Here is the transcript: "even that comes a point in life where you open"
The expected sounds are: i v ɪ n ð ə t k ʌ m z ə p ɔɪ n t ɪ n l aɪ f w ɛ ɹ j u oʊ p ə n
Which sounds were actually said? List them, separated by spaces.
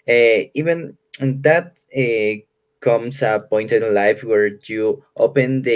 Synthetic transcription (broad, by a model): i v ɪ n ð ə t k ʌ m s ə p ɔɪ n t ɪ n l aɪ f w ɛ ɹ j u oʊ p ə n